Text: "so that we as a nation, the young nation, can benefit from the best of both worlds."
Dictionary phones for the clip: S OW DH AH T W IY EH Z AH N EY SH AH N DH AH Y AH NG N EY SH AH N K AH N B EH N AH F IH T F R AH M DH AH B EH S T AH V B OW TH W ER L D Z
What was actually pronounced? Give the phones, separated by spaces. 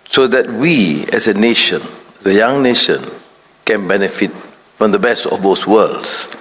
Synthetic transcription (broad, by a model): S OW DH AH T W IY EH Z AH N EY SH AH N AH Y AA NG N EY SH AH N K AH N B EH N AH F IH T F R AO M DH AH B EH S T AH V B OW S W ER L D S